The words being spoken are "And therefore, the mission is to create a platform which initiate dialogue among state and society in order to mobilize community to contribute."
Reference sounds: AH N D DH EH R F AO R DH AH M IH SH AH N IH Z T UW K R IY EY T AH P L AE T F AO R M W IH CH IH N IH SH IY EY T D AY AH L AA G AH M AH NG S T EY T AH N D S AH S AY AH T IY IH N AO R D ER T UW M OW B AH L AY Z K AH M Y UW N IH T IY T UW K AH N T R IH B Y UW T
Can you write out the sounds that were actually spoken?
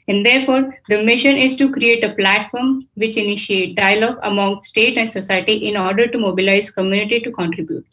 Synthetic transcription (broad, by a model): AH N D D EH R F AO R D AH M IH SH AH N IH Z T UW K R IY EY T AH P L AE T F AO R M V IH CH IH N IH SH IY EY T D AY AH L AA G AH M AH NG S T EY T AH N D S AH S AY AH T IY IH N AO R D ER T UW M OW B AH L AY Z K AH M Y UW N IH T IY T UW K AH N T R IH B Y UW T